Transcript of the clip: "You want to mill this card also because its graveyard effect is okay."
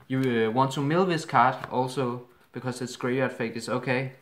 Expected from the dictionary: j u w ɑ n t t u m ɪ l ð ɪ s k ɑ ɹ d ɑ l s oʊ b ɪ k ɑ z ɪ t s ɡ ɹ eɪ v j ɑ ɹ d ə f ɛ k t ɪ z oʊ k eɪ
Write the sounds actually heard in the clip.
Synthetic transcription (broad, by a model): j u w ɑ n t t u m ɪ l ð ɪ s k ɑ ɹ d ɑ l s oʊ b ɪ k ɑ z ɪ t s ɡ ɹ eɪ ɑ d f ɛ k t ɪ s oʊ k eɪ